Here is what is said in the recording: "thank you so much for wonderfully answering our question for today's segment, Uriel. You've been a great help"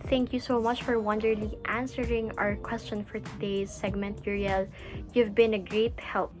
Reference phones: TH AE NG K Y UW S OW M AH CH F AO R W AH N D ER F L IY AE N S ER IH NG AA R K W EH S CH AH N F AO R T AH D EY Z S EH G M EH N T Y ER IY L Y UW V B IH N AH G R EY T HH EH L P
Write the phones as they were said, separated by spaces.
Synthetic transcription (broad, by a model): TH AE NG K Y UW S OW M AH CH F AO R W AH N D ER L IY AE N S ER IH NG AA R K W EH S CH AH N F AO R T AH D EY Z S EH G M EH N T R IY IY L Y UW V B IH N AH G R EY T HH EH L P